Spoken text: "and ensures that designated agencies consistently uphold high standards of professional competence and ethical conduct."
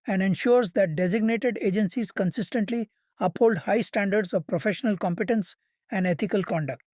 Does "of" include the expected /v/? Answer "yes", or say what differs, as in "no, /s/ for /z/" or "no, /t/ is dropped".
yes